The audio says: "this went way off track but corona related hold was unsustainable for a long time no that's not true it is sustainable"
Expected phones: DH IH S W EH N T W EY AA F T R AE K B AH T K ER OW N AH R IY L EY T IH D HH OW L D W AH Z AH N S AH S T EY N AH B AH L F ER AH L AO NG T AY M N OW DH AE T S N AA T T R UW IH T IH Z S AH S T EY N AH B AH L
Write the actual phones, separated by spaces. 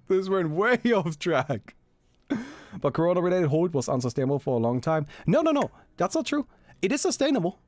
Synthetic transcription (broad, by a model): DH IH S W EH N W EY AA F T R AE K B AH T K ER OW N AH R IY L EY T IH D HH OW D W AH Z AH N S AH S T EY N AH B AH L F ER AH L AO NG T AY M N OW DH AE T S N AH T T R UW IH T IH Z S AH S T EY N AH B AH L